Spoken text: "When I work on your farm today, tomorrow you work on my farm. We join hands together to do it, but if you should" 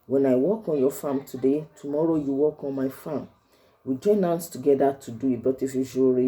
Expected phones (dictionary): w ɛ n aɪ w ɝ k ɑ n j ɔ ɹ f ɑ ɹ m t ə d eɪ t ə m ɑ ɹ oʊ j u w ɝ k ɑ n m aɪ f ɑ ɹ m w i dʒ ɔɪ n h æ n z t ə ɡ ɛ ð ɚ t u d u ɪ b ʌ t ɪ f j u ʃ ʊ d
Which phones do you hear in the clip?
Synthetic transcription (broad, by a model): w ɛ n aɪ w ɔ k ɑ n j ɔ f ɑ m t ə d eɪ t ə m ɑ ɹ oʊ j u w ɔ k ɑ n m aɪ f ɑ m w i dʒ ɔɪ n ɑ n s t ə ɡ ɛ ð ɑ t u d u ɪ b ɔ t ɪ f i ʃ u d